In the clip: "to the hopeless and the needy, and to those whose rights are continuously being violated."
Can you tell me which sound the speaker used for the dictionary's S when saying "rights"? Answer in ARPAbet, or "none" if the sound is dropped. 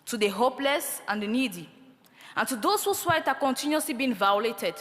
none